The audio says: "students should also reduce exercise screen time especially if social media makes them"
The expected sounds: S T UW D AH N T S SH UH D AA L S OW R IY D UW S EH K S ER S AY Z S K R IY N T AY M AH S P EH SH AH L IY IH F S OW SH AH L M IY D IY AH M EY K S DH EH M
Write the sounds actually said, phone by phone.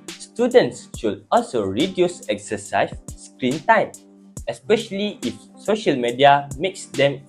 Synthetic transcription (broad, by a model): S T UW D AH N T S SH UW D AA L S OW R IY D UW S EH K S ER S AY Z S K R IY N T AY M AH S P EH SH AH L IY IH F S OW SH AH L M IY D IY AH M EY K S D EH M